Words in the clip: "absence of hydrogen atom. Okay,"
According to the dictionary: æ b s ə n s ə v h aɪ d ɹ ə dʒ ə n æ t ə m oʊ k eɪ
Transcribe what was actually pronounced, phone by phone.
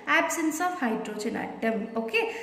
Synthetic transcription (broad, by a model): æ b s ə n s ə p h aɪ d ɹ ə tʃ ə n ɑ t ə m oʊ k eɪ